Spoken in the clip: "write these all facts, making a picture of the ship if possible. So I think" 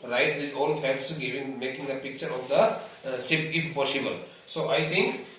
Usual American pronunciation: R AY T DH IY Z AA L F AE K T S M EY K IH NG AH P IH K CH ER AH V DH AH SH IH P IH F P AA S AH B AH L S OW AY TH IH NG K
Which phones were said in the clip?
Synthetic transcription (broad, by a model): R AY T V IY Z AA L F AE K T S M EY K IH NG AH P IH K CH ER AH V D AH S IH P IH F P AA S AH B AH L S OW AY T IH NG K